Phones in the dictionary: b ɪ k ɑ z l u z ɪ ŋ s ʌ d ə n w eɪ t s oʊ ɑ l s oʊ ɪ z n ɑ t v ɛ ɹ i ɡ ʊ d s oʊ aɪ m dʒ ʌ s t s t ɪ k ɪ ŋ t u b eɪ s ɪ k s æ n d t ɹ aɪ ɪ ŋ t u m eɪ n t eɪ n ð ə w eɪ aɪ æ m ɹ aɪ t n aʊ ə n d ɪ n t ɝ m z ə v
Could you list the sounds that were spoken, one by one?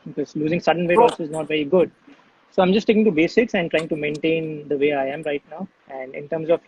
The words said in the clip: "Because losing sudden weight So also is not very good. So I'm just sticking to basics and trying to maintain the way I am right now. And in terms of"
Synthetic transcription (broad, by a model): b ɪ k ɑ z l u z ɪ ŋ s ʌ d ə n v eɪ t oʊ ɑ s ɪ z n ɑ t v ɛ ɹ i ɡ ʊ d s oʊ aɪ m dʒ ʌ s s t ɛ k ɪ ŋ t u b eɪ s ɪ k s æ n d t ɹ aɪ ɪ ŋ t u m eɪ n t eɪ n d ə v eɪ aɪ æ m ɹ aɪ t n aʊ ə n d ɪ n t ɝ m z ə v